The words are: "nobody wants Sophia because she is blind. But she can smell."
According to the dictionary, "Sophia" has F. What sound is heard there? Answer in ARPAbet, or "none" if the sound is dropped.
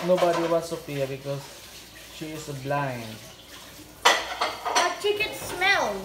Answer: P